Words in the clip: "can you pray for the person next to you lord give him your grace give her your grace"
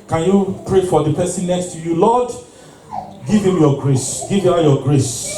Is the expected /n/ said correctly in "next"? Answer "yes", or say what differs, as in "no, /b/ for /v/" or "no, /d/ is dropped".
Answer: yes